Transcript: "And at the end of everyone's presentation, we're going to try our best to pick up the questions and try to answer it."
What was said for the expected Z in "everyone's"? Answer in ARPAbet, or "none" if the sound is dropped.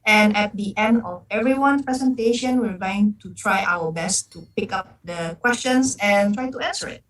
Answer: none